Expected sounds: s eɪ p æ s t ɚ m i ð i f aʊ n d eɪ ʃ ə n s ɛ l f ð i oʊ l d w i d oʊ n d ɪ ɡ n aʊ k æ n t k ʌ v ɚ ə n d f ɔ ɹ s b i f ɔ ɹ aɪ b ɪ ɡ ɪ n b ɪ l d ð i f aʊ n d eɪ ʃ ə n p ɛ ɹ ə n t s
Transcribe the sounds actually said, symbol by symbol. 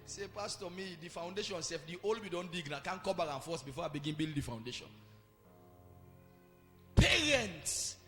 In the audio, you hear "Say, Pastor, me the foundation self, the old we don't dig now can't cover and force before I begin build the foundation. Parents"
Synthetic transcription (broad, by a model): s eɪ p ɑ s t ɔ m i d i f aʊ n d eɪ ʃ ə n s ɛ f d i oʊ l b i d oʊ n d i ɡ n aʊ k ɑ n k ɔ b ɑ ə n f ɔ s b i f ɔ aɪ b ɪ ɡ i n b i l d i f aʊ n d eɪ ʃ ə n p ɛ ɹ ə n t s